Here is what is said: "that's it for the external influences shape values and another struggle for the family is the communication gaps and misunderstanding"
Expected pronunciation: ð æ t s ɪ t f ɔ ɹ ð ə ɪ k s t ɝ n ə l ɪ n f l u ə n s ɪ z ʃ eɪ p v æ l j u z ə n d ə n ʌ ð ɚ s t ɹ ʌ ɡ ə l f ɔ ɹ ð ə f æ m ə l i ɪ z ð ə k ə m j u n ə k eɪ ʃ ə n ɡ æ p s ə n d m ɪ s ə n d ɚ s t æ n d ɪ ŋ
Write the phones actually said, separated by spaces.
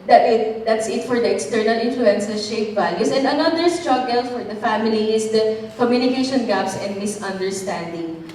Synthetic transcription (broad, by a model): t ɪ t s ɪ t f ɔ ɹ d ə ɪ k s t ɝ n ə l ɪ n f l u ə n s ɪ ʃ eɪ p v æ l j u s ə n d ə n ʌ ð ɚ s t ɹ ʌ ɡ ə l f ɔ ɹ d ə f æ m ə l i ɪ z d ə k ə m j u n ə k eɪ ʃ ə n ɡ æ p s ə n d m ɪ s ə n d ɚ s t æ n d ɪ ŋ